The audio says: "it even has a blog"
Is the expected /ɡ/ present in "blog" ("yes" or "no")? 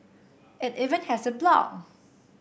no